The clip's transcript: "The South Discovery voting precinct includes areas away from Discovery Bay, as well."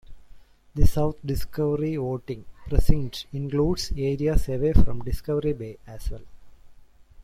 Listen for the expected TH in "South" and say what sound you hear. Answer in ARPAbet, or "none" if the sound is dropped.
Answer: T